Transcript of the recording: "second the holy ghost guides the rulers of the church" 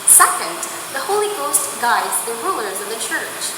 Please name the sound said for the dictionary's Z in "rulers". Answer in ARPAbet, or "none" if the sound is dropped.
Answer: Z